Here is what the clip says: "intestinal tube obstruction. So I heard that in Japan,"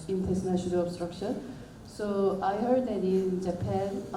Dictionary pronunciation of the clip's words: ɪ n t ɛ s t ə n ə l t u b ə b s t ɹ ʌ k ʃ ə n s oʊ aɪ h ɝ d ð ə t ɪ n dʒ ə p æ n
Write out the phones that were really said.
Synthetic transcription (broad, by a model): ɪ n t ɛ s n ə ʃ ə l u ə b s t ɹ ʌ k ʃ ə n s oʊ aɪ h ɝ d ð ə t ɪ n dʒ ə p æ n